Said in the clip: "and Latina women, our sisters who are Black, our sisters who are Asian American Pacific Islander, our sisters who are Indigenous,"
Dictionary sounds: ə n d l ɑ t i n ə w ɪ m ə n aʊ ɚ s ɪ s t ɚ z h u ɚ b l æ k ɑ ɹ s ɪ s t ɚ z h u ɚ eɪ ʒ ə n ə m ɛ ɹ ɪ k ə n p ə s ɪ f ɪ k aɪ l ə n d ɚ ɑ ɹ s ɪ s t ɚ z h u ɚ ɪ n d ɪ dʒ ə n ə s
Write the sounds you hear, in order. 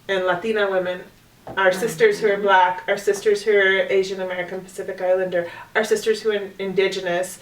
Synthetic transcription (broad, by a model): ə n l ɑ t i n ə w ɪ m ə n aʊ ɚ s ɪ s t ɚ z h u ɚ b l æ k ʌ ɹ s ɪ s t ɚ z h u ɚ eɪ ʒ ə n ə m ɛ ɹ ɪ k ə n p ə s ɪ f ɪ k aɪ l ə n d ɚ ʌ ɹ s ɪ s t ɚ z h u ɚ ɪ n d ɪ dʒ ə n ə s